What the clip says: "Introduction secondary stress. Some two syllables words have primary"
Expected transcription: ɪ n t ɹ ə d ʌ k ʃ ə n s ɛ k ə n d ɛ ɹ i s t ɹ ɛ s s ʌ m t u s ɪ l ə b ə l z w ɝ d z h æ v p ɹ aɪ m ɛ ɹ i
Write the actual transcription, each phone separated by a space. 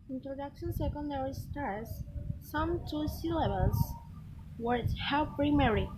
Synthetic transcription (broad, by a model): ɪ n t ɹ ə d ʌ k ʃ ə n s ɛ k ə n d ɛ ɹ i s t ɑ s s ʌ m t u s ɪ l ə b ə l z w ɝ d h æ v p ɹ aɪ m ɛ ɹ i